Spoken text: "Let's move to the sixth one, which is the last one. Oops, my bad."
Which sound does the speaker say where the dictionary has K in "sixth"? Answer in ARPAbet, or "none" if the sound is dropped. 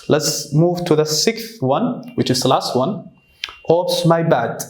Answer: K